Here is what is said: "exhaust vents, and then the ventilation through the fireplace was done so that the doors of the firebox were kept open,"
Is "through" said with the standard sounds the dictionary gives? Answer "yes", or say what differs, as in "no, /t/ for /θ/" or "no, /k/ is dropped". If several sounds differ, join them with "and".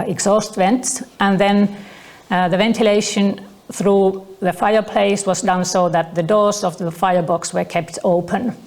yes